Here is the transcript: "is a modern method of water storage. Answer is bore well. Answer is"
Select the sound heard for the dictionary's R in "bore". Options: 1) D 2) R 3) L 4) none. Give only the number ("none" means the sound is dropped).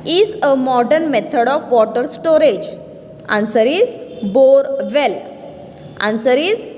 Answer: 2